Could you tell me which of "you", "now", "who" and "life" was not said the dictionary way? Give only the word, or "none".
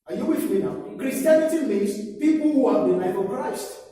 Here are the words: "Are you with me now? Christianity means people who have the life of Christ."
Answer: life